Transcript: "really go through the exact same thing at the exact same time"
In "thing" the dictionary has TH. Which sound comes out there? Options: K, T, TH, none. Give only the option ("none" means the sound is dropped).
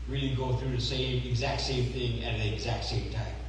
TH